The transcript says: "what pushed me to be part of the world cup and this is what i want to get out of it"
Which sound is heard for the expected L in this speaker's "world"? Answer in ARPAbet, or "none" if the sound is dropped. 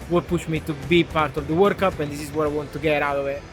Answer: none